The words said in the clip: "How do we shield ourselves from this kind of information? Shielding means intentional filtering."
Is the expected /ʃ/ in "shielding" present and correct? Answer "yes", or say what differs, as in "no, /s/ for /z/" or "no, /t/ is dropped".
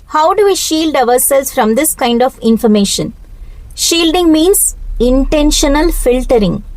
yes